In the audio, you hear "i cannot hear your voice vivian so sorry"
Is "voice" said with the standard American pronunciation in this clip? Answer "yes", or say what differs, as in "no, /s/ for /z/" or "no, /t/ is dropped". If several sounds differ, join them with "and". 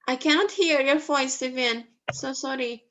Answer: no, /f/ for /v/